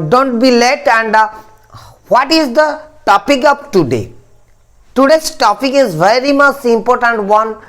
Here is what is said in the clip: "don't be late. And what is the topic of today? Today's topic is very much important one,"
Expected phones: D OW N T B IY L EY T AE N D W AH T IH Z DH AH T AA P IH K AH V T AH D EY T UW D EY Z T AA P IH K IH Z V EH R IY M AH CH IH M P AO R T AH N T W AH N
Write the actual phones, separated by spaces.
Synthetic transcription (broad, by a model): D OW N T B IY L EY T AE N D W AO T IH Z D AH T AA P IH K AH P T AH D EY T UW D EY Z T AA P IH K IH Z V EH R IY M AH CH IH M P AO R T AH N T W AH N